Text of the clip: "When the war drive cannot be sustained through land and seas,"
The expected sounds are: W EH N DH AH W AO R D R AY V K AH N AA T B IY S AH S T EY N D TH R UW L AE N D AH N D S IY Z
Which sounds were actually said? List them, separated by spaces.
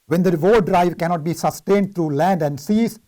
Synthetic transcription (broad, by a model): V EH N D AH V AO D R AY V K AH N AA T B IY S AH S T EY N D T R UW L AE N D AH N D S IY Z